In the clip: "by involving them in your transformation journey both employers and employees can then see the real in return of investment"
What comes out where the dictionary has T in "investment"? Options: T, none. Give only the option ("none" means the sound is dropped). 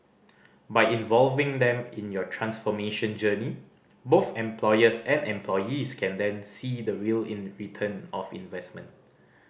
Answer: T